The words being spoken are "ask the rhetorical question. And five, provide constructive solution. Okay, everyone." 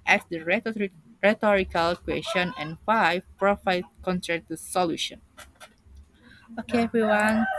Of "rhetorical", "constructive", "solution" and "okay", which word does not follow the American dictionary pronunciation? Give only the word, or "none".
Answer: constructive